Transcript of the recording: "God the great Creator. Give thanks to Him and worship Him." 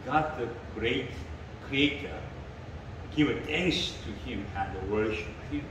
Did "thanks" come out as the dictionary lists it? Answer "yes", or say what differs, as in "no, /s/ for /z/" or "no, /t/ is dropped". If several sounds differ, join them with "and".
no, /t/ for /θ/